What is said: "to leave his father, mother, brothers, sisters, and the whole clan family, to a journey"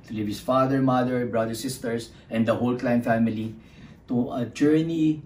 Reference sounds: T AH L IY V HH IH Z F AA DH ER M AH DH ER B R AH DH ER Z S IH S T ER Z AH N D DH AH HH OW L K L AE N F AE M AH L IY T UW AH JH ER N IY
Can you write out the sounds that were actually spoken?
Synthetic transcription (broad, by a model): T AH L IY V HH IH S F AA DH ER M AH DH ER B R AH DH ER S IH S T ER S AH N D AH HH OW L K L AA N F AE M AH L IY T UW AH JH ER N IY